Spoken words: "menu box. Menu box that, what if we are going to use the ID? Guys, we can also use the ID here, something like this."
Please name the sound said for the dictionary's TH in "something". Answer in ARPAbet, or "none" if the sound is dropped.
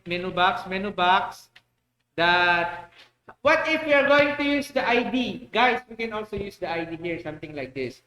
T